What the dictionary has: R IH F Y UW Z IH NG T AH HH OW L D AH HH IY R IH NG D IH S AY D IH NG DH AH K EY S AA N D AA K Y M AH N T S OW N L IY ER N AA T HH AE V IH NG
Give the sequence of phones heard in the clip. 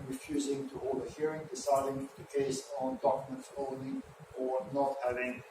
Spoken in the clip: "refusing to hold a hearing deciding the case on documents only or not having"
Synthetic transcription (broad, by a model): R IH F Y UW Z IH NG T AH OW D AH HH IY R IH NG D IH S AY D IH NG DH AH K EY S N D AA K Y M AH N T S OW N IY ER N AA T HH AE V IH NG